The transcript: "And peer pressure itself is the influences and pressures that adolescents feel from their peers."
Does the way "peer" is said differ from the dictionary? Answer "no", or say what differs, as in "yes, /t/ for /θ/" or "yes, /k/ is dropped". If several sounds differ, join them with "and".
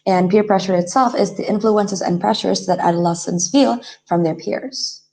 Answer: no